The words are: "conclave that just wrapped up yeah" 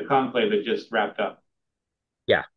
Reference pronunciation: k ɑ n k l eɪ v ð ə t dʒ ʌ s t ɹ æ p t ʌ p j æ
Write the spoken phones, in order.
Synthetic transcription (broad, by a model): k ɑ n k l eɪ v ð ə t dʒ ʌ s t ɹ æ p t ʌ p j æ